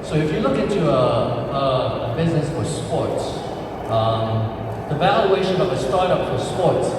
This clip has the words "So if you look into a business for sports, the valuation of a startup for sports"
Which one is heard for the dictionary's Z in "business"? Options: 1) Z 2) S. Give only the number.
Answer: 1